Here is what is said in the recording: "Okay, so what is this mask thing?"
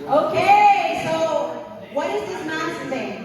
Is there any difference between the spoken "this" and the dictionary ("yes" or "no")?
yes